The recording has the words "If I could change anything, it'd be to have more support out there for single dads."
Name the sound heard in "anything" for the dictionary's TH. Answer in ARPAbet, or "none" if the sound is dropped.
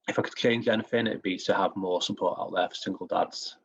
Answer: F